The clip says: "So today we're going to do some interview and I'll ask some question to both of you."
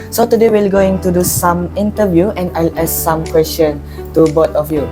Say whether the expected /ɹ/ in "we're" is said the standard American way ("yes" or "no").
no